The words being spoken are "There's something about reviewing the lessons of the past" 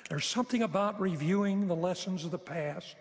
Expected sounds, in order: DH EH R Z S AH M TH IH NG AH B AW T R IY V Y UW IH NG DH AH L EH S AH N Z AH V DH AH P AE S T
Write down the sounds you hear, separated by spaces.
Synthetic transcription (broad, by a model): DH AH R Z S AH M TH IH NG AH B AW T R IY V Y UW IH NG DH AH L EH S AH N Z AH V DH AH P AE S T